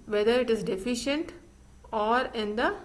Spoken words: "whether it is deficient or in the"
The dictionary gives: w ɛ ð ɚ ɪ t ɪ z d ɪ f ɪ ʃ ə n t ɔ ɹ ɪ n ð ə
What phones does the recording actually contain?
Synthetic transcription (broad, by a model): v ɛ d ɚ ɪ t ɪ z d ɪ f ɪ ʃ ə n t ɔ ɹ ɪ n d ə